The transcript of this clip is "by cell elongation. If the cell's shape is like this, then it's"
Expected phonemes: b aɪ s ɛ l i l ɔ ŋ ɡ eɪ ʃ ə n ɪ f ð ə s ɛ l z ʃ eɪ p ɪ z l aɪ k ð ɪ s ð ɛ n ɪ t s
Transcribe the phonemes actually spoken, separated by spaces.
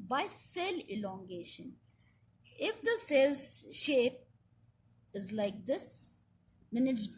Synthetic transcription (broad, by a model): b aɪ s ɛ l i l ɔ ŋ ɡ eɪ ʃ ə n ɪ f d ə s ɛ l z ʃ eɪ p ɪ z l aɪ k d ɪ s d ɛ n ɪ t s